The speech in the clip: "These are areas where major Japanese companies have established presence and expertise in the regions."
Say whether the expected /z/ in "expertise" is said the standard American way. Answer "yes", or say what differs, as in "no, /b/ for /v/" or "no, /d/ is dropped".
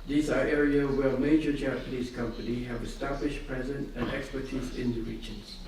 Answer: yes